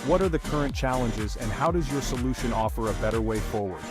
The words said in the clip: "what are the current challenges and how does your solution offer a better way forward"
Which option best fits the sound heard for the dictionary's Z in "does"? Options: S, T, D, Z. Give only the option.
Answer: Z